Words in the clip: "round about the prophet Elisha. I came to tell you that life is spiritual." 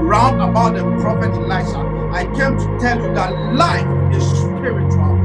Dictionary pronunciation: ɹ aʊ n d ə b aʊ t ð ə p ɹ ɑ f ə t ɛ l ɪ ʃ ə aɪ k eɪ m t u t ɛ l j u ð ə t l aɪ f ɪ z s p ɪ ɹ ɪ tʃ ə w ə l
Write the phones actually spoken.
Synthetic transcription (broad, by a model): ɹ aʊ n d ə b aʊ t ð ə p ɹ ɑ f ə t l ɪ s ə aɪ k eɪ m t u t ɛ l j u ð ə t l aɪ f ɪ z s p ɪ ɹ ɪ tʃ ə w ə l